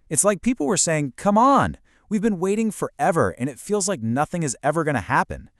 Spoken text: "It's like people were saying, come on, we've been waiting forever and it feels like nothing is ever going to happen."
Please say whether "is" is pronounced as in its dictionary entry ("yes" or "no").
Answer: yes